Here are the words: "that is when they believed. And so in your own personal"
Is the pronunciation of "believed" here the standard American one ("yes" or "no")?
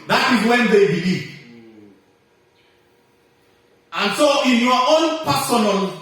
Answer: no